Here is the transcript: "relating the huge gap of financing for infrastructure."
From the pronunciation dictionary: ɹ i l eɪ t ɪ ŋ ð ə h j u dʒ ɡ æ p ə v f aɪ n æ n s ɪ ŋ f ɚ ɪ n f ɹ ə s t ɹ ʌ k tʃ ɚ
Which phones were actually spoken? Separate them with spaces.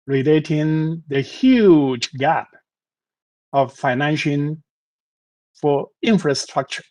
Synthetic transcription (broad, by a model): ɹ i l eɪ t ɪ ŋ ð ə h j u dʒ ɡ æ p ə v f aɪ n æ n ʃ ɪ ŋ f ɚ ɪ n f ɹ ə s t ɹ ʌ k tʃ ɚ